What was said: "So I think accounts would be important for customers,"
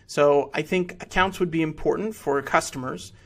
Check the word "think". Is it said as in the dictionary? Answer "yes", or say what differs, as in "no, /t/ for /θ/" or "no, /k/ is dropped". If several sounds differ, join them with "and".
yes